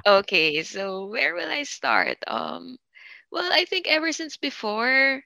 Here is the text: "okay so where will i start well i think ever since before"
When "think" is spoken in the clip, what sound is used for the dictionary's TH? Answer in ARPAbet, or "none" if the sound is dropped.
TH